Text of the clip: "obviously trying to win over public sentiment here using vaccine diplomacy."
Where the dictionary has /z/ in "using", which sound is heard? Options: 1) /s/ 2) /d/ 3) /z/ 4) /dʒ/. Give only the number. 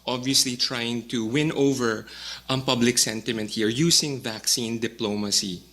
1